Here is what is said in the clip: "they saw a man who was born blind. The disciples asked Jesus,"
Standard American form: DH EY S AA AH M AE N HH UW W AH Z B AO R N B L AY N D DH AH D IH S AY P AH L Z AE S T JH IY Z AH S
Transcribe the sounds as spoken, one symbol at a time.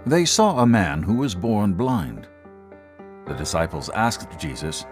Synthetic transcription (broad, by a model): DH EY S AA AH M AE N HH UW W AH Z B AO R N B L AY N D DH AH D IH S AY P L Z AE S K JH IY Z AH S